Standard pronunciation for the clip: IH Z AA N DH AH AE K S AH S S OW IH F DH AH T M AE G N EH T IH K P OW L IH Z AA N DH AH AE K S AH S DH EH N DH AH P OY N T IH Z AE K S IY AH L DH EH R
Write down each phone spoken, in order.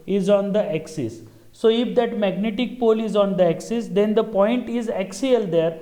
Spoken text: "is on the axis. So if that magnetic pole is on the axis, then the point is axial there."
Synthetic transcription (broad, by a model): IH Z AA N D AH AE K S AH S S OW IH F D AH T M AE G N EH T IH K P OW L IH Z AA N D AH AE K S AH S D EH N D AH P OY N T IH Z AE K S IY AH L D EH R